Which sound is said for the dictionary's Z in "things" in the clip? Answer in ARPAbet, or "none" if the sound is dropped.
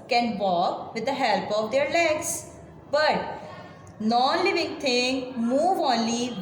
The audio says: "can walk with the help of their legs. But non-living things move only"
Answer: none